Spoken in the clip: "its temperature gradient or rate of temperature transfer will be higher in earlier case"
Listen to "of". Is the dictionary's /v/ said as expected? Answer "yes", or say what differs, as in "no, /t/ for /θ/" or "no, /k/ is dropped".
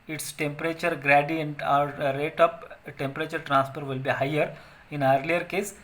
no, /p/ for /v/